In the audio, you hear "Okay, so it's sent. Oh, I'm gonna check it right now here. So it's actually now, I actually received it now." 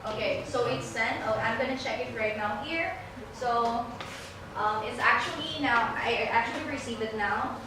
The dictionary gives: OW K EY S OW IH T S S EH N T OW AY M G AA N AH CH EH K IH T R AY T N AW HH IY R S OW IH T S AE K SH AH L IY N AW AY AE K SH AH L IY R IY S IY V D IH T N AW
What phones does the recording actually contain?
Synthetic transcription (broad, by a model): OW K EY S OW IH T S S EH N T OW AY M G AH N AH CH EH K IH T R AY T N AW HH IY R S OW IH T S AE K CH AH L IY N AW AY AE K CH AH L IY R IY S IY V IH T N AW